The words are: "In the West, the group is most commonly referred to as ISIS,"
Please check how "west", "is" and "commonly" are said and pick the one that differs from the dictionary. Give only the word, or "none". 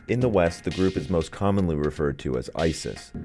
none